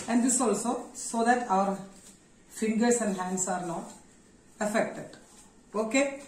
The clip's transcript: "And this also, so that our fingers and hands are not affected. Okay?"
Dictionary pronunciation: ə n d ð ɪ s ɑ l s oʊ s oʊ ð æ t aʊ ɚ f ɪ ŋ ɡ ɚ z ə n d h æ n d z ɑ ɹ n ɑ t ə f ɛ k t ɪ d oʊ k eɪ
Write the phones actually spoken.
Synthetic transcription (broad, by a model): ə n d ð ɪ s ɑ l s oʊ s oʊ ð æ t aʊ ɚ f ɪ ŋ ɡ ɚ s ə n d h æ n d s ɑ ɹ n ɑ t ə f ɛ k t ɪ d oʊ k eɪ